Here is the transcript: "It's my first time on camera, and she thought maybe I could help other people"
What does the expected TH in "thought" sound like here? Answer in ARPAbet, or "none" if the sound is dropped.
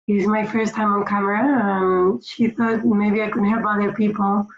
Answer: TH